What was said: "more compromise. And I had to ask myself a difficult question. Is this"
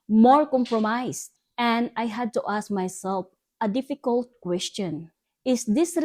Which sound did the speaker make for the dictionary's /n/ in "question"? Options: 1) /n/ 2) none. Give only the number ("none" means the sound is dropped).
1